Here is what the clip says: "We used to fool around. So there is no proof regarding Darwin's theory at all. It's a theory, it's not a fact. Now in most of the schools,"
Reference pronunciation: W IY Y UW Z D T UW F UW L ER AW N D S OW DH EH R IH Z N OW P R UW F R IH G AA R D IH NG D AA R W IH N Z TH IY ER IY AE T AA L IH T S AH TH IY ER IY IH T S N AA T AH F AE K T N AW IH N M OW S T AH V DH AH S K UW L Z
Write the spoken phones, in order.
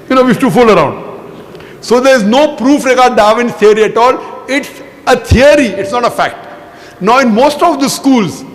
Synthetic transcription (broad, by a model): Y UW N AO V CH T UW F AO L ER AW N D S OW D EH R IH Z N OW P R UW F R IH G AA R D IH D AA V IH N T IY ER IY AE T AA L IH T S AH T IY ER IY IH T S N AA T AH F AE K T N AW IH N M OW S T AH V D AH S K UW L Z